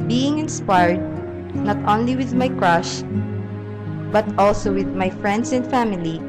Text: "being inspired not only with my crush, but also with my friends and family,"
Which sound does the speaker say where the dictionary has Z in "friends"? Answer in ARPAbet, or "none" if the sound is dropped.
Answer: S